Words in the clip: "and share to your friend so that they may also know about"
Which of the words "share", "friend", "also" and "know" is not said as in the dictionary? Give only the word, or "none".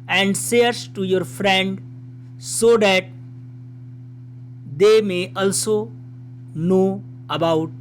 share